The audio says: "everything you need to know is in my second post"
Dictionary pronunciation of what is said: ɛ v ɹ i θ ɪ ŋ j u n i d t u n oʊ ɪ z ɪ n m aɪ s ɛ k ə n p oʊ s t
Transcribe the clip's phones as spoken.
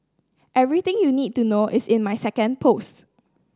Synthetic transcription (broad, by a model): ɛ v ɹ i t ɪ ŋ j u n i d t u n oʊ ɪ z ɪ n m aɪ s ɛ k ə n p oʊ s t